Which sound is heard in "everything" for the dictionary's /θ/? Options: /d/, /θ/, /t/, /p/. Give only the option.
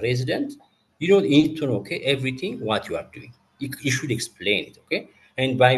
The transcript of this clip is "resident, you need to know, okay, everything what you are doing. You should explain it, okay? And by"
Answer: /t/